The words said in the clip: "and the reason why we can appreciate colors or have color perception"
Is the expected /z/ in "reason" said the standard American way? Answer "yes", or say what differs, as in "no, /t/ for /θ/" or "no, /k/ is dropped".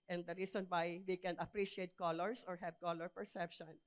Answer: no, /s/ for /z/